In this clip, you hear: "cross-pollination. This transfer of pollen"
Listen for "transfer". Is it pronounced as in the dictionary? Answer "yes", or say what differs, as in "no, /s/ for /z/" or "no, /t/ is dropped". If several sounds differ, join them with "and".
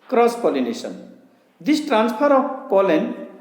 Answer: no, /p/ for /f/